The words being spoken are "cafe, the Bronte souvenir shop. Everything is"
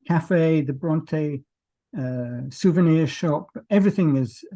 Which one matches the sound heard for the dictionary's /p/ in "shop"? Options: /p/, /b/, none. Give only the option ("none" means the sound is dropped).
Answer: /p/